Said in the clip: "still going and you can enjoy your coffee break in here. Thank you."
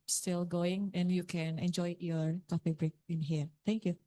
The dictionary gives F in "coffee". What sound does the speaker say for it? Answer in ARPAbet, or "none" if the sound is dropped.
P